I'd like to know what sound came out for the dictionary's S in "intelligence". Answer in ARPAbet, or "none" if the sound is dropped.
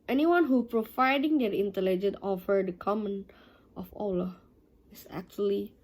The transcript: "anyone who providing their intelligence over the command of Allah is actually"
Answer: none